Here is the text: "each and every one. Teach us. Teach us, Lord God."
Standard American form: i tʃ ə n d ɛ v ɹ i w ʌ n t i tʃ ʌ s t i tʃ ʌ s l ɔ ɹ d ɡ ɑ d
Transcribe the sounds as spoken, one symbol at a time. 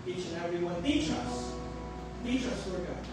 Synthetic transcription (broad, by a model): i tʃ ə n ɛ v ɹ i w ʌ n t i tʃ ʌ s t i tʃ ʌ s w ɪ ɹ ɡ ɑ